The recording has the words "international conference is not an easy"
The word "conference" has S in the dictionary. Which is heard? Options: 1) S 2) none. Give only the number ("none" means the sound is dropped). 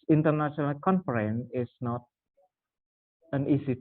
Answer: 2